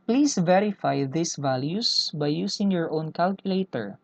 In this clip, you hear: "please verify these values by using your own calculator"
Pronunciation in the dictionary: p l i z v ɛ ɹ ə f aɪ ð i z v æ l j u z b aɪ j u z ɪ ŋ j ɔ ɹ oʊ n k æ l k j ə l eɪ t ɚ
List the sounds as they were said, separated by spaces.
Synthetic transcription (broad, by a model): p l i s v ɛ ɹ ə f aɪ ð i s v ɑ l j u s b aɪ j u s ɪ ŋ j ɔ ɹ oʊ n k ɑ l k j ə l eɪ t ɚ